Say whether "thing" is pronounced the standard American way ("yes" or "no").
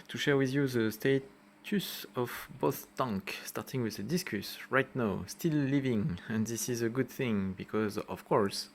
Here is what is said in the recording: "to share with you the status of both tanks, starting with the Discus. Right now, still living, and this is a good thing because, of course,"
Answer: yes